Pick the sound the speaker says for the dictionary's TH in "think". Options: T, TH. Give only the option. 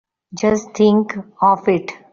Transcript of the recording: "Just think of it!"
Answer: T